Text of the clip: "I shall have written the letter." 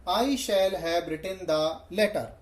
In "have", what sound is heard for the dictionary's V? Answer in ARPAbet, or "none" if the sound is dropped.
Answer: B